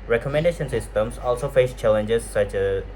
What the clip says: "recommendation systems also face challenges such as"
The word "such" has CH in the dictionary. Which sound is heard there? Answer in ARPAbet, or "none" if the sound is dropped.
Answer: CH